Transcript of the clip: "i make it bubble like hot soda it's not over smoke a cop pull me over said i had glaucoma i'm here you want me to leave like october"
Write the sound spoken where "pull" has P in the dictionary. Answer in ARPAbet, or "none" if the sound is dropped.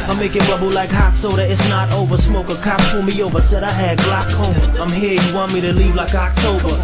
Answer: F